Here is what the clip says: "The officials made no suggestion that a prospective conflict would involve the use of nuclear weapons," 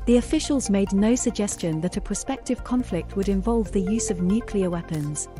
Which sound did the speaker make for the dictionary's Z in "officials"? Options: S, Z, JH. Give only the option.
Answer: Z